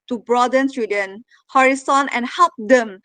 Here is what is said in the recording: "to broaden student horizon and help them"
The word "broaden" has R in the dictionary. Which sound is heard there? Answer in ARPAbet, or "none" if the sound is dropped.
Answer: R